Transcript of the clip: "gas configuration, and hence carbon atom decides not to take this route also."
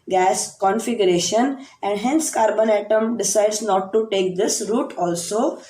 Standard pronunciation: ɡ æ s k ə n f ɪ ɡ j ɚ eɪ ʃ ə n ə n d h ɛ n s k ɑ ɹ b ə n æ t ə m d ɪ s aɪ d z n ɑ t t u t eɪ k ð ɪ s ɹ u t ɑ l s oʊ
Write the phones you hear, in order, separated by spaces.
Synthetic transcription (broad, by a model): ɡ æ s k ə n f ɪ ɡ j ɚ eɪ ʃ ə n ə n d h ɛ n s k ɑ ɹ b ə n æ t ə m d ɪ s aɪ d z n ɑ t t u t eɪ k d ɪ s ɹ u t ɑ l s oʊ